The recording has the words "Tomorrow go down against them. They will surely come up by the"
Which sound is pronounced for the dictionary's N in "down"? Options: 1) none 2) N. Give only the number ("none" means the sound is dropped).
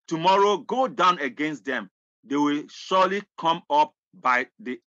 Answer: 2